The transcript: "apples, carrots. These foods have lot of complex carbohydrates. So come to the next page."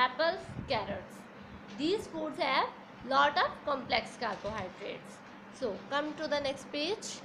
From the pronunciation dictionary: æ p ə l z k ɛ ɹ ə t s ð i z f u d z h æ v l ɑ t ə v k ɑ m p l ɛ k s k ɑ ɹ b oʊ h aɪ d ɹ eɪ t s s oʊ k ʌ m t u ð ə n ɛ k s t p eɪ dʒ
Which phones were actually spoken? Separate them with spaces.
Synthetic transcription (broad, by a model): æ p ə l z k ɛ ɹ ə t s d i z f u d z h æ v l ɑ t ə p k ɑ m p l ɛ k s k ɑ ɹ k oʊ h aɪ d ɹ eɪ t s s oʊ k ʌ m t u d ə n ɛ k s t p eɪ dʒ